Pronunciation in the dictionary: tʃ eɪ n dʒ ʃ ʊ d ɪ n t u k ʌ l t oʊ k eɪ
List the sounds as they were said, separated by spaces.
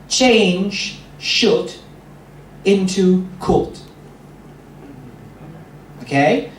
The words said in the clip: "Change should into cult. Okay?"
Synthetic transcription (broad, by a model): tʃ eɪ n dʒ ʃ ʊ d ɪ n t u k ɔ t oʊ k eɪ